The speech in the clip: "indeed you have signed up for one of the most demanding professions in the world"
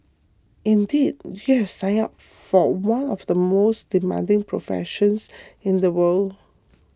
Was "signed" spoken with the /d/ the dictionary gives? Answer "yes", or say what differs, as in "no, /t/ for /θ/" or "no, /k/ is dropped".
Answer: no, /d/ is dropped